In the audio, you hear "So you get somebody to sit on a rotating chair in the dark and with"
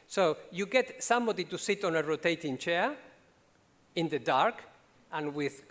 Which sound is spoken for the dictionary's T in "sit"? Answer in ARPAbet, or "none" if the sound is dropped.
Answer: T